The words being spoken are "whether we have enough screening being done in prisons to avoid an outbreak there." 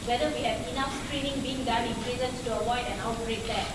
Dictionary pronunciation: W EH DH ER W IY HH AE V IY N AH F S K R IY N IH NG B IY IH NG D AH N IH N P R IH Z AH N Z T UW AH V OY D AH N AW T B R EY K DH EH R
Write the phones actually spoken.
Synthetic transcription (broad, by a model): W EH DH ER W IY HH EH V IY N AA F S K R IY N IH NG B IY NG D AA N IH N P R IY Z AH N S T UW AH W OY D AH N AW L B R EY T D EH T